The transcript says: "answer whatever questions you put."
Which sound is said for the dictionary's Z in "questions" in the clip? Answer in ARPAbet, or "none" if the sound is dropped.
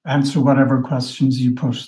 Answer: Z